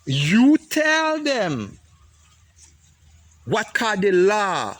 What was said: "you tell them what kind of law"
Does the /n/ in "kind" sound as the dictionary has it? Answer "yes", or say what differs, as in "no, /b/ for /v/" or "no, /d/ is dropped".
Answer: no, /n/ is dropped